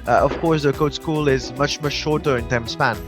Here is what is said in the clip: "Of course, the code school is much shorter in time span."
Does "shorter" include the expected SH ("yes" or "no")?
yes